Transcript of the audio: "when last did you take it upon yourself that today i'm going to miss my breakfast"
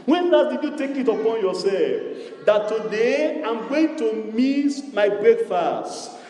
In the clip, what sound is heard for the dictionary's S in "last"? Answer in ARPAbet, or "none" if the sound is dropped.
none